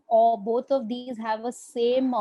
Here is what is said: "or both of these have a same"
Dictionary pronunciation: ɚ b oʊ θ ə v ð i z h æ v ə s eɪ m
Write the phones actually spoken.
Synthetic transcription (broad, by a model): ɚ b oʊ t ə v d i z h æ v ə s eɪ m